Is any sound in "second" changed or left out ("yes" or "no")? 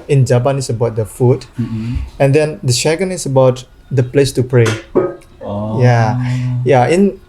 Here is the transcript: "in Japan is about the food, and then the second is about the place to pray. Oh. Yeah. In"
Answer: yes